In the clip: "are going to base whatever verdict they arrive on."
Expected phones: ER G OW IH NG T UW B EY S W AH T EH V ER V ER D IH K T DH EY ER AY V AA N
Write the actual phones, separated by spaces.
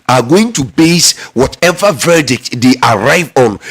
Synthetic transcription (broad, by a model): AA G OW IH NG T UW B EY S W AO T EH V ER V ER D IH K T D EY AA AY V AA N